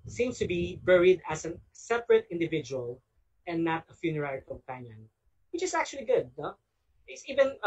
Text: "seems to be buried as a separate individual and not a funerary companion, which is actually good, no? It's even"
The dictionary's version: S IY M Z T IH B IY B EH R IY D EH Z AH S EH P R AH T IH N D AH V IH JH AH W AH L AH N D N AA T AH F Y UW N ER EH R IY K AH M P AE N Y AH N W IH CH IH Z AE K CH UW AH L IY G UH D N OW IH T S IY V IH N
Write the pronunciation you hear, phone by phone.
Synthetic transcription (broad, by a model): S IY M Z T IH B IY B EH R IY D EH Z AH S EH P R AH T IH N D AH V IH JH AH W AH L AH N N AA T AH F Y UW N ER EH R IY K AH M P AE N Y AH N W IH CH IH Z AE K CH UW AH L IY G UH D N OW IH T S IY V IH N